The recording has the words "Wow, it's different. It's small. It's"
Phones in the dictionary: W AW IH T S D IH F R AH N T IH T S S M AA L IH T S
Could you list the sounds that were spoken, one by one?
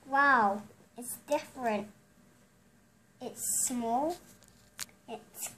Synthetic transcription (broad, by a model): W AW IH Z D IH F R AH N T IH T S S M AA L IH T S